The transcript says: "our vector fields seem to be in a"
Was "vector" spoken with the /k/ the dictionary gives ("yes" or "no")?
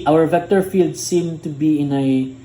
yes